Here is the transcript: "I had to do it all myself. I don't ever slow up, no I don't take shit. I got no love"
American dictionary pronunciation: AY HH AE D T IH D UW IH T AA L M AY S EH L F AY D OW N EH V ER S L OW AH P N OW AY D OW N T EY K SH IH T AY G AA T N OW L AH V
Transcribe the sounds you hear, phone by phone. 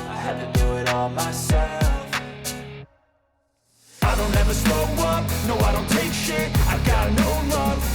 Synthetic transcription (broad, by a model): AY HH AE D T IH D UW IH T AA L M AY S EH L F AY D OW N EH V ER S OW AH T N OW AY D OW N T EY K SH IH T AY G AA T N OW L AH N